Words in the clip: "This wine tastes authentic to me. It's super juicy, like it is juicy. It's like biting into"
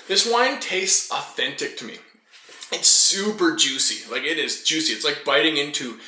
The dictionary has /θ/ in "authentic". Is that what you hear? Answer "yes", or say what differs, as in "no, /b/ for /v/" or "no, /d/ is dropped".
yes